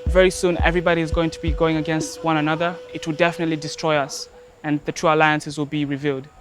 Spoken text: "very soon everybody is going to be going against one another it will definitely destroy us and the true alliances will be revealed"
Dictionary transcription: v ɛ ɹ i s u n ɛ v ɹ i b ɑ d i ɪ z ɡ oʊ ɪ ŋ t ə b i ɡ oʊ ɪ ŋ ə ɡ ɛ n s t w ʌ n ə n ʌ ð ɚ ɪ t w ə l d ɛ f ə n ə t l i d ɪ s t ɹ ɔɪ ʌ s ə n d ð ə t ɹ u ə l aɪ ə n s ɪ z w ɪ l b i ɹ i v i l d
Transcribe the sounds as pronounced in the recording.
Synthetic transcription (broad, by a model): v ɛ ɹ i s u n ɛ v ɹ i b ɑ d i ɪ z ɡ oʊ ɪ ŋ t ə b i ɡ oʊ ɪ ŋ ə ɡ ɛ n s t w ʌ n ə n ʌ ð ɚ ɪ t w ə l d ɛ f ə n ə t l i d ɪ s t ɹ ɔɪ ʌ s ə n ð ə t ɹ u ə l aɪ ə n s ɪ z w ɪ l b i ɹ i v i l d